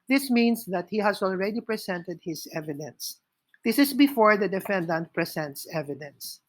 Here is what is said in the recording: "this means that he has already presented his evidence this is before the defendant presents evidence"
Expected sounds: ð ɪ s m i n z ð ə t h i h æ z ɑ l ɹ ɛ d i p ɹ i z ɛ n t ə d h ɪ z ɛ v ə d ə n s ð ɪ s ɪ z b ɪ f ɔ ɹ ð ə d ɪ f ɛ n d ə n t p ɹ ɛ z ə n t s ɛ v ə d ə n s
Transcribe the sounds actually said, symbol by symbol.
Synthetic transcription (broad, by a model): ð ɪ s m i n s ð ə t h i h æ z ɑ l ɹ ɛ d i p ɹ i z ɛ n t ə d h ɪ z ɛ v ə d ə n s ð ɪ s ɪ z b ɪ f ɔ ɹ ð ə d ɪ f ɛ n d ə n t p ɹ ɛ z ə n t s ɛ v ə d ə n s